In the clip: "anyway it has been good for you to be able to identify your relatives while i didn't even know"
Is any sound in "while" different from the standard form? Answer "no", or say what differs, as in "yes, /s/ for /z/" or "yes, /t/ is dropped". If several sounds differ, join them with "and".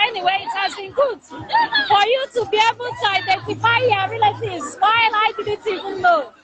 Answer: yes, /n/ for /l/